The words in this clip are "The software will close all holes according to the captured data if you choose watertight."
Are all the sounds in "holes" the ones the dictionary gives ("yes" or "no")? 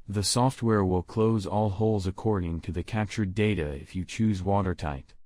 yes